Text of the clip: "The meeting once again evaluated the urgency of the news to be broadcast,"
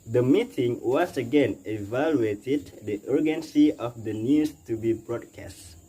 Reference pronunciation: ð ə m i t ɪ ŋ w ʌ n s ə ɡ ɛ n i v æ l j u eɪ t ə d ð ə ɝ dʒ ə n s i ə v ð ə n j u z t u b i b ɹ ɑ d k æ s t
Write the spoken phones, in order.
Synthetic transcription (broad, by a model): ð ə m i t ɪ ŋ w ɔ s ə ɡ ɛ n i v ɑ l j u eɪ t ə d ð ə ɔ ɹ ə n s i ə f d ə n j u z t u b i b ɹ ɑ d k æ s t